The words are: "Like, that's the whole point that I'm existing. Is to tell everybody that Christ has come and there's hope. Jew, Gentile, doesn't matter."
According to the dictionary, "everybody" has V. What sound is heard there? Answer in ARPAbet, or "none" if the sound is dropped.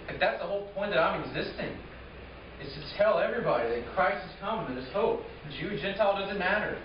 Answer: V